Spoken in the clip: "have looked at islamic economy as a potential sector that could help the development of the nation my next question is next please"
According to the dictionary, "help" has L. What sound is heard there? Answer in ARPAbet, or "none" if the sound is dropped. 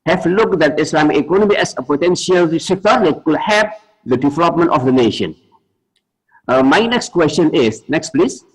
none